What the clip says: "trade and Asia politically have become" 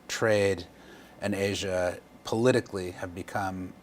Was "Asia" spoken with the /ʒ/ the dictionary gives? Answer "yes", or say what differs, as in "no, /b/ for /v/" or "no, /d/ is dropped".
yes